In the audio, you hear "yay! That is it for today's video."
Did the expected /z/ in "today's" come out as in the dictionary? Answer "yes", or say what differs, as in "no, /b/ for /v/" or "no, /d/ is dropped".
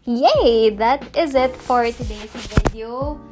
no, /s/ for /z/